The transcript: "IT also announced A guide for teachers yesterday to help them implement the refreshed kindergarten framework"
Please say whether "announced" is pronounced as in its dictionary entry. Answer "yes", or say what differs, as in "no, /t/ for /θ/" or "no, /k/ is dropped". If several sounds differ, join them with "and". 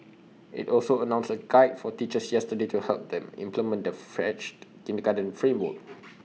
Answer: no, /t/ is dropped